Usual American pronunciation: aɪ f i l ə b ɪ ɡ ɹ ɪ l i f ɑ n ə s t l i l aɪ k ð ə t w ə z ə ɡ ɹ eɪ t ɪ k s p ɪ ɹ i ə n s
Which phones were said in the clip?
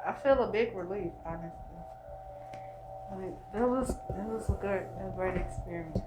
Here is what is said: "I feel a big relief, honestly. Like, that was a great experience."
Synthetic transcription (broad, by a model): aɪ f i l ə b ɪ ɡ ɹ ɪ l i f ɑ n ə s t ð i w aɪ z ð ə t w ə z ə ɡ ɹ eɪ t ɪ k s p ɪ ɹ i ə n